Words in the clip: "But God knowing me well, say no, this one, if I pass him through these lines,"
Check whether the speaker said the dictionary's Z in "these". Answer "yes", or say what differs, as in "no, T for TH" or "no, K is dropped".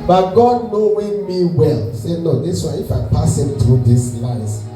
no, S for Z